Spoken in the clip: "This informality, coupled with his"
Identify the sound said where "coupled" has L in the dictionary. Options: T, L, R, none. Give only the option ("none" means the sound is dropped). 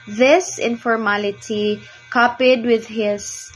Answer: none